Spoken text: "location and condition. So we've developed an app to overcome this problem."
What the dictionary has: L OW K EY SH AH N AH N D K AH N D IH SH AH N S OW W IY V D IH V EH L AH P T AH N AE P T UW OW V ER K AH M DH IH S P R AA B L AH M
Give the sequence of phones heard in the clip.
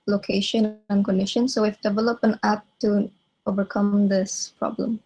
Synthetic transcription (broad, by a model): L OW K EY SH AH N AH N K AH N D IH SH AH N S OW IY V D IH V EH L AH P AH N AE P T UW OW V ER K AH M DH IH S P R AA B L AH M